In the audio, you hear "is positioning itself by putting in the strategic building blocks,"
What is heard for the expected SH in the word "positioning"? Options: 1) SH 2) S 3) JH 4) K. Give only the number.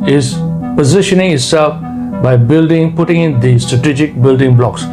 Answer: 1